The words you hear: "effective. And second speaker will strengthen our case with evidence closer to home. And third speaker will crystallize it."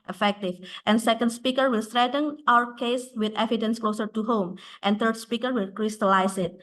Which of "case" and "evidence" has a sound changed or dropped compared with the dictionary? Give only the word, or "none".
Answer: none